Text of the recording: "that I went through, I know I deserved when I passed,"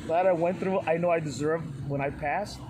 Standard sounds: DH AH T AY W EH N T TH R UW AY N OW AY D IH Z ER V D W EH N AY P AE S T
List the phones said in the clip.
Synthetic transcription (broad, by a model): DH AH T AY W EH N TH R UW AY N OW AY D IH Z ER V D W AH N AY P AE S T